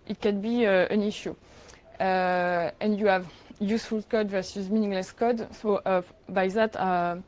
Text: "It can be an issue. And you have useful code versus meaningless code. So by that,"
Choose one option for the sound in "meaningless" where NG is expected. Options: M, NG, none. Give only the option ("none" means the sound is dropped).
NG